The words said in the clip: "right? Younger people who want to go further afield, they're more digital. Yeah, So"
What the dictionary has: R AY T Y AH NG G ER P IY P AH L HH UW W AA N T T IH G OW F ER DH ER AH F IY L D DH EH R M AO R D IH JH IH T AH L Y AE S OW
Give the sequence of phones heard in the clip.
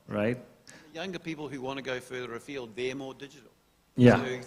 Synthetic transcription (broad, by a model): R AY T Y AH NG G ER P IY P L HH UW W AA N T T IH G OW F ER DH ER AH F IY L D DH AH R M AO R D IH JH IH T L Y AE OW